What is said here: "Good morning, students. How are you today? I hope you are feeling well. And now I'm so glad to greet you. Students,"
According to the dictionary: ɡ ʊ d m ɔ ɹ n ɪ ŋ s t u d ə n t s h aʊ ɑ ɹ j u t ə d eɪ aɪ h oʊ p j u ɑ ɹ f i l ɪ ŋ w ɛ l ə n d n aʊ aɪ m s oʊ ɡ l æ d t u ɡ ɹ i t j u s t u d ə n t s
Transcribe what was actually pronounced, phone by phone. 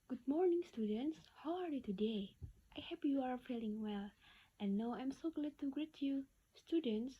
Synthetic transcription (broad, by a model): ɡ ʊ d m ɔ ɹ n ɪ ŋ s t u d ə n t s h aʊ ɑ ɹ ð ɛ t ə d eɪ aɪ h oʊ p j u ɑ ɹ f i l ɪ ŋ w ɛ l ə n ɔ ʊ aɪ m s oʊ ɡ l æ d t u ɡ ɹ i t j u s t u d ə n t s